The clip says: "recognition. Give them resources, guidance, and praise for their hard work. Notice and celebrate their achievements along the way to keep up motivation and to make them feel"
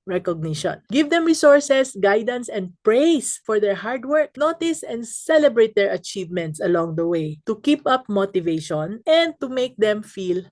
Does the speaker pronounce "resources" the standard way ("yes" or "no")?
no